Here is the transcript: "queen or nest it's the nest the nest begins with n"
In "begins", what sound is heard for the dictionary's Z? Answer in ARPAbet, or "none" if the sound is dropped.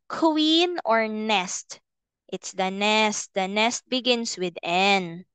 S